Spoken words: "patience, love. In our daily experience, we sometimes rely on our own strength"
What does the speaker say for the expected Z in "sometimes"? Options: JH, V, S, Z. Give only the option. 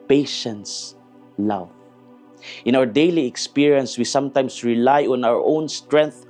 S